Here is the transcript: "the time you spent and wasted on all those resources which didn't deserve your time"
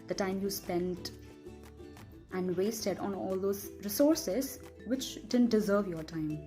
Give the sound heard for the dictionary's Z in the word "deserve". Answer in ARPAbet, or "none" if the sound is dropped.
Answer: Z